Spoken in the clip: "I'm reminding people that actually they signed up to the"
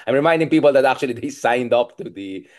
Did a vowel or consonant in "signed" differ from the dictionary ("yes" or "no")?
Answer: no